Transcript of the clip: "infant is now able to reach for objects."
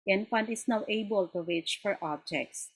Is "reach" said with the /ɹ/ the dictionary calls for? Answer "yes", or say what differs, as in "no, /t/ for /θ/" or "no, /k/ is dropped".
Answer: no, /w/ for /ɹ/